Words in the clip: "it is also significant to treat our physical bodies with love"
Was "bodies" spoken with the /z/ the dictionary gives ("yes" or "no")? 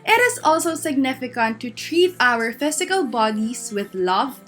no